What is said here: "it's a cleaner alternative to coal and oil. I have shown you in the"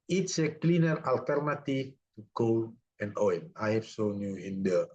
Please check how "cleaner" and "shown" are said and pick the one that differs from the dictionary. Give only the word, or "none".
shown